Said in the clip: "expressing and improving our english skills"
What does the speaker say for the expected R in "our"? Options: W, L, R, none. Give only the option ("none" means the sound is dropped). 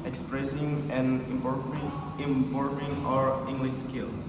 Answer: R